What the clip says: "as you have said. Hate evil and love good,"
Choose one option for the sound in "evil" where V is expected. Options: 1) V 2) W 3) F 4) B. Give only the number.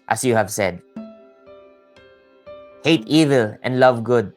1